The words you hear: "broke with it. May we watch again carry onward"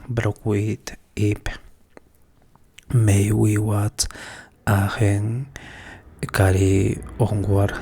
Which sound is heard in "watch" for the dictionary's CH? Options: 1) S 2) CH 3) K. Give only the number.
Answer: 1